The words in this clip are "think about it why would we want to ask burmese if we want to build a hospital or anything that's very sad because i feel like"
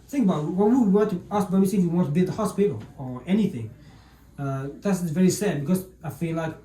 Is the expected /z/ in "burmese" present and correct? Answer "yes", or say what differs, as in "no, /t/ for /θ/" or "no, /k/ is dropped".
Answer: no, /s/ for /z/